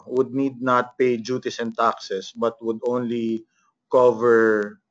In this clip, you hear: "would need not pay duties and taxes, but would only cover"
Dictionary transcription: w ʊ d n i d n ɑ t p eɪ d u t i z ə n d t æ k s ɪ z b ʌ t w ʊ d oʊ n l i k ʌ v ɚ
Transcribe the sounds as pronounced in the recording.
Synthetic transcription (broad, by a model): w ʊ d n i d n ɑ t p eɪ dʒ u t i s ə n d t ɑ k s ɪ s b ʌ t w ʊ d oʊ n l i k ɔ v ɚ